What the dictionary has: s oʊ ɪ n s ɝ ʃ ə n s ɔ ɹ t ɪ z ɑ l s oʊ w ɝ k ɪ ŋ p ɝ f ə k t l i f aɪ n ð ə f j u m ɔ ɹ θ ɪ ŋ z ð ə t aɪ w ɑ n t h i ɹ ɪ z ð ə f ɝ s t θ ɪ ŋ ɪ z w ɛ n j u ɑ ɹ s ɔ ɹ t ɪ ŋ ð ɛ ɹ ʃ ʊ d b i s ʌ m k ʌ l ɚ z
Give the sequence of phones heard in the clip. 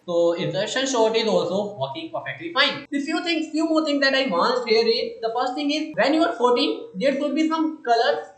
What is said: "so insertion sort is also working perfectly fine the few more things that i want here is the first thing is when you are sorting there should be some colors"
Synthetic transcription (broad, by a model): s oʊ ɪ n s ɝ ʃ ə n ʃ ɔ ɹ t ɪ z ɑ l s oʊ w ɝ k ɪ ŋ p ɝ f ə k t l i f aɪ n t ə f j u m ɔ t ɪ ŋ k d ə t aɪ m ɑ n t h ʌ ɹ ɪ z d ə f ɝ s t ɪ ŋ ɪ z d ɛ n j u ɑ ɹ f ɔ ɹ t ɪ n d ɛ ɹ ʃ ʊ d b i s ʌ m k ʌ l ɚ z